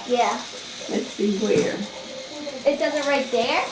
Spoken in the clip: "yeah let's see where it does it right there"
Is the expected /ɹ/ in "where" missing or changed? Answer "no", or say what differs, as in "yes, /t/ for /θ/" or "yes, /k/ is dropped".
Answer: no